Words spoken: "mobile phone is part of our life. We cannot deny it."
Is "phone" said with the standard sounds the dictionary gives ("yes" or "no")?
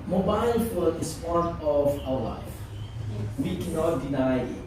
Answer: no